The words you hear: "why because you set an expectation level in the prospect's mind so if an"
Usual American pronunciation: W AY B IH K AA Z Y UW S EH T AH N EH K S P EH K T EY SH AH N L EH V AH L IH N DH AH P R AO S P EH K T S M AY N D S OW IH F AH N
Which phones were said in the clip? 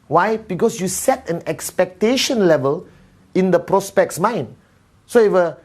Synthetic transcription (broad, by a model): W AY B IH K AA S Y UW S EH T AH N EH K S P EH K T EY SH AH N L EH V AH L IH N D AH P R AO S P EH K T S M AY N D S OW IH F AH